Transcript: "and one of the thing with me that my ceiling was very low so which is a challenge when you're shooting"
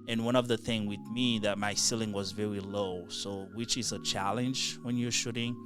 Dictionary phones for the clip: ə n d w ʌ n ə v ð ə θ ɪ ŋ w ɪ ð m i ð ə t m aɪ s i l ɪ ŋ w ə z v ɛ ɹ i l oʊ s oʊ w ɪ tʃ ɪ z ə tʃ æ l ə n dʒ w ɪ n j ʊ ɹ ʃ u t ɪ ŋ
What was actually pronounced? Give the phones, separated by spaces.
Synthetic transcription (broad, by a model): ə n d w ʌ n ə v ð ə θ ɪ ŋ w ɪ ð m i ð ə t m aɪ s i l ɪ ŋ w ə z v ɛ ɹ i l oʊ s oʊ w ɪ tʃ ɪ z ə tʃ æ l ə n dʒ w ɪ n j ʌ ɹ ʃ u t ɪ ŋ